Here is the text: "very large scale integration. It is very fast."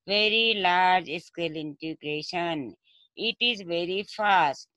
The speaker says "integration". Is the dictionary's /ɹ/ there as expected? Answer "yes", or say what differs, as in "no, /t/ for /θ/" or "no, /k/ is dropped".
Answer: yes